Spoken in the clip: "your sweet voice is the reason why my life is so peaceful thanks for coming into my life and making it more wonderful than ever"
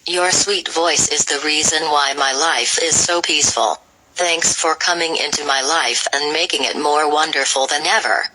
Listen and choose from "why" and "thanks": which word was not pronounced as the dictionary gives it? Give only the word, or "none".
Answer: none